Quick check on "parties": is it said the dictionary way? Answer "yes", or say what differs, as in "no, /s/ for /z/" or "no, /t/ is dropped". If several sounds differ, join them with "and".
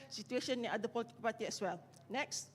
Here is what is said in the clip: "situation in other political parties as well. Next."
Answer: no, /z/ is dropped